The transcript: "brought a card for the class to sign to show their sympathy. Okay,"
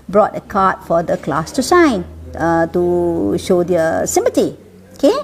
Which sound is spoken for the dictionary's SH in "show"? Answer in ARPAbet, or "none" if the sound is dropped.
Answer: SH